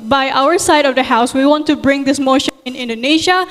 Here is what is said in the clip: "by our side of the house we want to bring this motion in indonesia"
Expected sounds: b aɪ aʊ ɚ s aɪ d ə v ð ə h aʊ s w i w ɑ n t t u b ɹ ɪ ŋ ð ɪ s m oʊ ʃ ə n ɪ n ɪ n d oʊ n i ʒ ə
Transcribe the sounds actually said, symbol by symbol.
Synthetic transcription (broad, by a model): b aɪ aʊ ɚ s aɪ d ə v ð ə h aʊ s w i w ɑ n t t u b ɹ ɪ ŋ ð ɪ s m oʊ ʃ ə n ɪ n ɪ n d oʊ n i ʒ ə